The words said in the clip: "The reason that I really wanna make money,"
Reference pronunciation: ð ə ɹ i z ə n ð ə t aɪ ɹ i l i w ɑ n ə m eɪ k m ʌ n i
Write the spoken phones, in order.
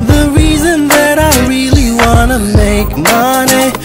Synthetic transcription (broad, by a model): ð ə ɹ i z ə n ð ə t aɪ ɹ i l i w ɑ n ə m eɪ k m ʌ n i